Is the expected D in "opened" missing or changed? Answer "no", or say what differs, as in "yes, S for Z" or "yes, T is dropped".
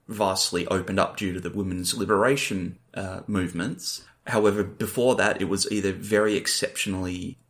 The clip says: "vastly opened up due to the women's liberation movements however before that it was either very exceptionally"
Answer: no